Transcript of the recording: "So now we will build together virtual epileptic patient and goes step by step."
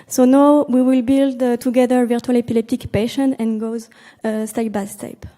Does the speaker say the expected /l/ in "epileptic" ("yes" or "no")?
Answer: yes